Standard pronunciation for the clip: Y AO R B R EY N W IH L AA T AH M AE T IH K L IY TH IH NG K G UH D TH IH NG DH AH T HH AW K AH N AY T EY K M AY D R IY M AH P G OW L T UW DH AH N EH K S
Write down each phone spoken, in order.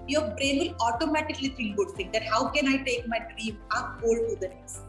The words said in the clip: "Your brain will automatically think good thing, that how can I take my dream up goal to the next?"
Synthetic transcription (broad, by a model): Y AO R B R EY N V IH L AA T AH M AE T IH K L IY F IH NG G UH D T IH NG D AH T HH AW K AH N AY T EY K M AY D R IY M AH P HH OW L T UW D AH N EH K S